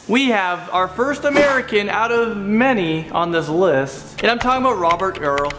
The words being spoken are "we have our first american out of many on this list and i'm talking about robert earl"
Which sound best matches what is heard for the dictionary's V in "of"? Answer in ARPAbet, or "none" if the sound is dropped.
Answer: V